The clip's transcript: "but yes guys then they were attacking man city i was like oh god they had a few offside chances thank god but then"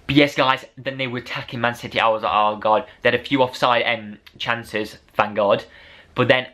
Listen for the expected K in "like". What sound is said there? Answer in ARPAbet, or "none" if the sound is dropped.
none